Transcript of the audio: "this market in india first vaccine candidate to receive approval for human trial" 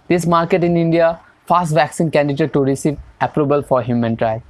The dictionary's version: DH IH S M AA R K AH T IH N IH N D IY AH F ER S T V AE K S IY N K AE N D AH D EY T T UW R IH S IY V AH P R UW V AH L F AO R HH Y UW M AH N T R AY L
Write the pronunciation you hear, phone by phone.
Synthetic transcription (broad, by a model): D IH S M AA R K AH T IH N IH N D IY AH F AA S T V AE K S IY N K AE N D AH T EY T T UW R IH S IY V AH P R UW B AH L F AO R HH Y UW M AH N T R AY